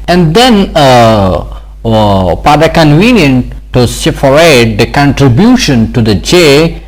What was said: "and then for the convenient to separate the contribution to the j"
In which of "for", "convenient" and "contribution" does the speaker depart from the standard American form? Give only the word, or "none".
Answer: for